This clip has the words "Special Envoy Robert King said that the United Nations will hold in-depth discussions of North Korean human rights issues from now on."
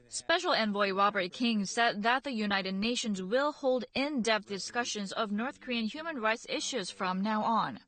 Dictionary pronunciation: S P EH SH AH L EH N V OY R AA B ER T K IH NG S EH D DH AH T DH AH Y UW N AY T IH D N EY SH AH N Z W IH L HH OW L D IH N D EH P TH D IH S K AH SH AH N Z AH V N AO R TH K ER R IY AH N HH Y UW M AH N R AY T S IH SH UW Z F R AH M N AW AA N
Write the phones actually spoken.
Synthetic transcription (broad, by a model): S P EH SH L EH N V OY R AA B ER T K IH NG S EH D DH AH T DH AH Y UW N AY T IH D N EY SH AH N Z W IH L HH OW L D IH N D EH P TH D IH S K AH SH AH N Z AH V N AO R TH K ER R IY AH N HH Y UW M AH N R AY T S IH SH UW Z F R AH M N AW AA N